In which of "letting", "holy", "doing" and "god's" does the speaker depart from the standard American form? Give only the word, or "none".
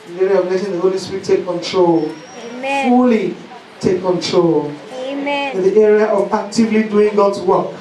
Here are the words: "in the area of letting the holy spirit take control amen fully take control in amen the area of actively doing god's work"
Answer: letting